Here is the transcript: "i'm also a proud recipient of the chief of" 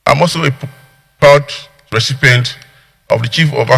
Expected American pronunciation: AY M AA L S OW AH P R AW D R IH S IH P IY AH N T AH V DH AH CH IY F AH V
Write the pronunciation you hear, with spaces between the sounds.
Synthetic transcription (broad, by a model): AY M AA L S OW AH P AW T R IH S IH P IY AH N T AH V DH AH CH IY F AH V